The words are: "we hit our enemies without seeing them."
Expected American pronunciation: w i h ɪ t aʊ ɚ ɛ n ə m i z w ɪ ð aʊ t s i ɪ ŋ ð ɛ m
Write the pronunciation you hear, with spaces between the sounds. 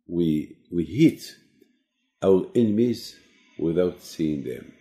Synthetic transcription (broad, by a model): w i h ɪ t aʊ ɚ ɛ n ə m i z w ɪ ð aʊ t s i ɪ ŋ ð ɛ m